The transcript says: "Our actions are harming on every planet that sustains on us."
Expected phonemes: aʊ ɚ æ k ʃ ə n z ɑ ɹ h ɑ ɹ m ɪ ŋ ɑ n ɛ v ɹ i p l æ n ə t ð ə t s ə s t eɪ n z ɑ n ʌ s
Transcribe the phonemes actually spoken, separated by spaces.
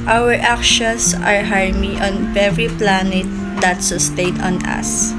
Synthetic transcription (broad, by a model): aʊ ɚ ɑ k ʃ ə n s ɑ ɹ h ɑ ɹ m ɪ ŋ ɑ n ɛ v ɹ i p l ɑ n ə t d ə t s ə s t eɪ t ɑ n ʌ s